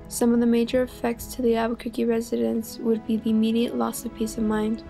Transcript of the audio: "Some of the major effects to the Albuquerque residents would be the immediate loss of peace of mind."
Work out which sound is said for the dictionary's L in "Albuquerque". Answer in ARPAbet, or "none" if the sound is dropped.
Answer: none